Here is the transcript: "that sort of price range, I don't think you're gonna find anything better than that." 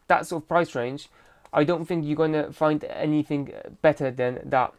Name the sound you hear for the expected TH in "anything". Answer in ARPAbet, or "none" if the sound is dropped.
TH